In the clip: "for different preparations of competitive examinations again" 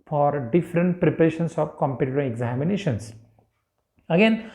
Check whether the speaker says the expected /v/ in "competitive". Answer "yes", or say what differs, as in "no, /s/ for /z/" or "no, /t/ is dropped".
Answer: no, /v/ is dropped